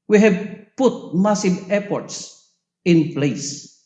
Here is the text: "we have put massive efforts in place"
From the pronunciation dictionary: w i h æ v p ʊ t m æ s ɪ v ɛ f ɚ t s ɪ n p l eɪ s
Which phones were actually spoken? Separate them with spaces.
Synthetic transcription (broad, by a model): w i h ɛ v p ʊ t m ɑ s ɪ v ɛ p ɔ t s ɪ n p l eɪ s